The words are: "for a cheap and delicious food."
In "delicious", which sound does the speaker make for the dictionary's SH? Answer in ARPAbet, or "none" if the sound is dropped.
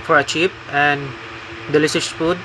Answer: S